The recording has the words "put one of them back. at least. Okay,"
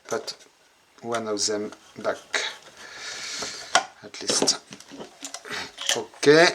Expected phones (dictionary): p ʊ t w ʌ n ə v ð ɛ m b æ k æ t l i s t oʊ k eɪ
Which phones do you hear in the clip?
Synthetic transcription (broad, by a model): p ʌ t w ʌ n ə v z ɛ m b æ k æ t l i s t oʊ k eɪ